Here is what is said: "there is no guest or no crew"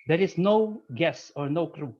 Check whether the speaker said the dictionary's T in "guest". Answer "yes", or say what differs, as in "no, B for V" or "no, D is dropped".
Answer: no, T is dropped